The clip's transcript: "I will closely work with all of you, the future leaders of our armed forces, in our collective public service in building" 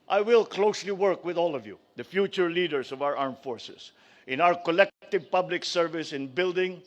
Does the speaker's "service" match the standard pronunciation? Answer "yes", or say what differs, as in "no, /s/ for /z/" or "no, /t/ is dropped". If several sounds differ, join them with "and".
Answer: yes